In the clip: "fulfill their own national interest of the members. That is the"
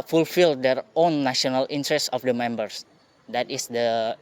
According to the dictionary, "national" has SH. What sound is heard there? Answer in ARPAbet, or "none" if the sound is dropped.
none